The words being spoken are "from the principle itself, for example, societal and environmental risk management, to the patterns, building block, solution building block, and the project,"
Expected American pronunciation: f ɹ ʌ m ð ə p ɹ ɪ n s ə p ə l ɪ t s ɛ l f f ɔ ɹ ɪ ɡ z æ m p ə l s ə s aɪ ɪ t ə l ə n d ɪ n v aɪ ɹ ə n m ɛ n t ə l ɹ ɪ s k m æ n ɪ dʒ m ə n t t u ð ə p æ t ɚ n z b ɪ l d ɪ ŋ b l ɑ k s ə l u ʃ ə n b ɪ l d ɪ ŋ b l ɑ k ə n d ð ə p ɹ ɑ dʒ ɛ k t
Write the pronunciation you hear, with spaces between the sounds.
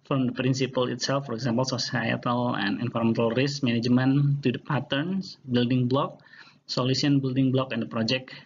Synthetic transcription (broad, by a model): f ɹ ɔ m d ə p ɹ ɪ n s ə p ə l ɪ t s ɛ l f f ɔ ɹ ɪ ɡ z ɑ m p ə l s ə s aɪ ɪ t ə l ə n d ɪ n f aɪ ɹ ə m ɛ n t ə l ɹ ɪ s m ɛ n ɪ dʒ m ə n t t u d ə p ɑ t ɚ n s b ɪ l d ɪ ŋ b l ɑ k s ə l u s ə n b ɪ l d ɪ ŋ b l ɑ k ə n d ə p ɹ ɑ dʒ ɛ k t